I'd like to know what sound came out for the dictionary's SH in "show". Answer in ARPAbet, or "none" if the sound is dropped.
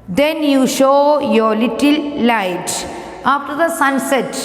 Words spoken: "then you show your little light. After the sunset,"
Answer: SH